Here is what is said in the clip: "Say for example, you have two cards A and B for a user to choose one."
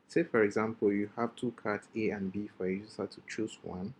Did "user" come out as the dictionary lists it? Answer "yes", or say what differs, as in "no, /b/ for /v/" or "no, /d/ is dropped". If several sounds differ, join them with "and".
no, /s/ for /z/